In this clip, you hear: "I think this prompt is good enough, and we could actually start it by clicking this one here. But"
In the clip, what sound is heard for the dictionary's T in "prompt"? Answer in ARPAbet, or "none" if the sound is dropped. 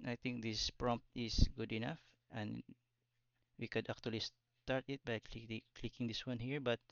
T